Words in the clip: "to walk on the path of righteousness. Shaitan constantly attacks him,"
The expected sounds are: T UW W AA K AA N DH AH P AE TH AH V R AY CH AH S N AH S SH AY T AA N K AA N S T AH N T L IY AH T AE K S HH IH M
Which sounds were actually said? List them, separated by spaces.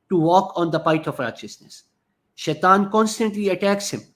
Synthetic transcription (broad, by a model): T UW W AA K AA N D AH P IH T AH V R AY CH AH S N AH S SH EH T AA N K AA N S T AH N T L IY AH T AE K S HH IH M